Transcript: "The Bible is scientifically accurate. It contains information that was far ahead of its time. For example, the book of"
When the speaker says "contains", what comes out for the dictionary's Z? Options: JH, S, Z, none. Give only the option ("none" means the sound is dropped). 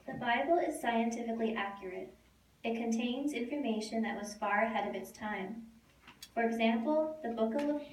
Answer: Z